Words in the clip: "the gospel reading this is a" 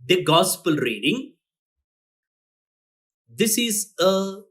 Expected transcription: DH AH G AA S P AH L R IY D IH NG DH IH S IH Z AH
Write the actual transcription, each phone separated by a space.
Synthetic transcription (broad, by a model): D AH G AA S P AH L R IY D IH NG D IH S IH Z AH